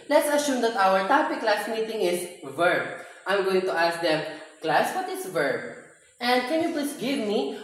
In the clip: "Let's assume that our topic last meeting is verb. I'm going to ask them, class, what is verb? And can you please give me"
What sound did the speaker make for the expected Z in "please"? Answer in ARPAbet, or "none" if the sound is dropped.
S